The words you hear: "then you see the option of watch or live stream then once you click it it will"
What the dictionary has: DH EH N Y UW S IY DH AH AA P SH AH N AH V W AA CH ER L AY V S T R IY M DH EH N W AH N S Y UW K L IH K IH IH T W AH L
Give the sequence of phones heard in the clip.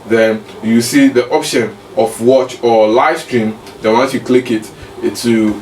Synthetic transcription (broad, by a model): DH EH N Y UW S IY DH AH AA P SH AH N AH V W AA CH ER L AY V S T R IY M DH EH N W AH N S Y UW K L IH K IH IH T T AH